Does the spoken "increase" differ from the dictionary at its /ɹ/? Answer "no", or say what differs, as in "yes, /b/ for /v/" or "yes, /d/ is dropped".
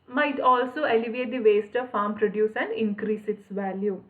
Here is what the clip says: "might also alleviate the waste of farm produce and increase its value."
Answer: no